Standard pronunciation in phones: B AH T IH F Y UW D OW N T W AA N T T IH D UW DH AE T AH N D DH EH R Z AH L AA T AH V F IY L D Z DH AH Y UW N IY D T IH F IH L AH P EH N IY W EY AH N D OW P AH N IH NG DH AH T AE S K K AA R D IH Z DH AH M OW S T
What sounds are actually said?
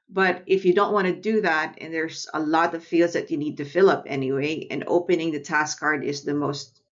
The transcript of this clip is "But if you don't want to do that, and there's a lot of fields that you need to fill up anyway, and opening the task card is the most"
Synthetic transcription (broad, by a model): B AH T IH F Y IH D OW N T W AA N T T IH D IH DH AE T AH N DH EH R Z AH L AA T AH V F IY L D Z DH AH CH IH N IY D T IH F IH L AH P EH N IY W EY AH N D OW P AH N IH NG DH AH T AE S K K AA R D IH Z DH AH M OW S T